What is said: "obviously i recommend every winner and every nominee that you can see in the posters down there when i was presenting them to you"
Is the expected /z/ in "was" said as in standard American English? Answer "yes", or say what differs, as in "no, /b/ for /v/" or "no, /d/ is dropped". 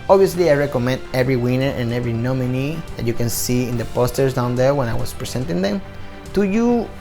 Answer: no, /s/ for /z/